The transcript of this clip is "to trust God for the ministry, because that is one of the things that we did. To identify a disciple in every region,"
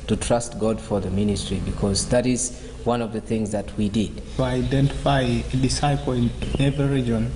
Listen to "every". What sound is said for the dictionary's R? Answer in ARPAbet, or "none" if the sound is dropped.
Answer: none